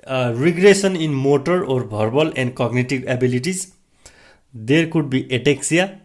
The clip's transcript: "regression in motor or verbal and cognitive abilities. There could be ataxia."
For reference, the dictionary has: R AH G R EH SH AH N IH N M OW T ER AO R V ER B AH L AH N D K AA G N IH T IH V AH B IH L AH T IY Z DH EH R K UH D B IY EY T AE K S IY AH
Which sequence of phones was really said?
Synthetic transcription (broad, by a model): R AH G R EH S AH N IH N M OW T ER AO R B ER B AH L AH N D K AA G N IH T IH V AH B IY L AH T IY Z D EH R K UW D B IY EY T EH K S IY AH